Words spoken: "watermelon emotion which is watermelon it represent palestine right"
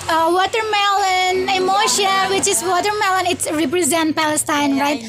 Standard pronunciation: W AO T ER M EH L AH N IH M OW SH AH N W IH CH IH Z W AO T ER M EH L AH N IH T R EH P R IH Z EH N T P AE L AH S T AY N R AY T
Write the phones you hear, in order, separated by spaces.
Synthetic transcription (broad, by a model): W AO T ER M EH L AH N IH M OW SH AH N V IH CH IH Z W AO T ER M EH L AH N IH T R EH P R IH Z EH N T P AE L AH S T AY N R AY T